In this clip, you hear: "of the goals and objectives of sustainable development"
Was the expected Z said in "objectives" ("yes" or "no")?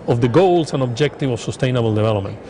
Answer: no